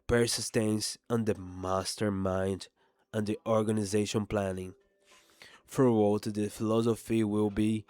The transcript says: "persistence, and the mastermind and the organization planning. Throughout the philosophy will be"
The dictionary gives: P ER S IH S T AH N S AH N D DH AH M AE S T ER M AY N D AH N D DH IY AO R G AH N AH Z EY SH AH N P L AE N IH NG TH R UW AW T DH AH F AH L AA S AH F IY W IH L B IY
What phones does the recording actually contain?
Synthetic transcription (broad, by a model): P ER S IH S T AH N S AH N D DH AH M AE S T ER M AY N D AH N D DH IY AO R G AH N AH Z EY SH AH N P L AE N IH NG F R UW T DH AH F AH L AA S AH F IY W IH L B IY